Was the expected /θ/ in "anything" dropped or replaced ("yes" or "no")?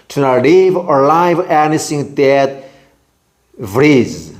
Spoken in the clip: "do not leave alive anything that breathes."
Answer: yes